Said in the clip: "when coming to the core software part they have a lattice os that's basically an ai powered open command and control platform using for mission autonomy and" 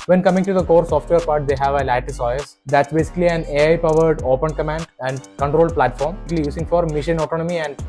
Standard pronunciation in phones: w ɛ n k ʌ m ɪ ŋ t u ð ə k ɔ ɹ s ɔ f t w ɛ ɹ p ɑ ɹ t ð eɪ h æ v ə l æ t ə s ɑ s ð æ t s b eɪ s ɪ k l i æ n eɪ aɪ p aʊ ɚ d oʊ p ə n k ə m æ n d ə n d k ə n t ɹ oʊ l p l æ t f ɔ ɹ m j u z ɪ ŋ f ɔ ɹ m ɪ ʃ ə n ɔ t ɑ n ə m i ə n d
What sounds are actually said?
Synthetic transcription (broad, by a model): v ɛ n k ʌ m ɪ ŋ t u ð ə k ɔ ɹ s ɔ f t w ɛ ɹ p ɑ ɹ t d eɪ h æ v ə l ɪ t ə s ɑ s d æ t s b eɪ s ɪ k l i æ n eɪ aɪ p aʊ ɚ d oʊ p ə n k ə m æ n d ə n d k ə n t ɹ oʊ l p l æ t f ɔ ɹ m j u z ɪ ŋ f ɔ ɹ m ɪ ʃ ə n ɔ t ɑ n ə m i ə n d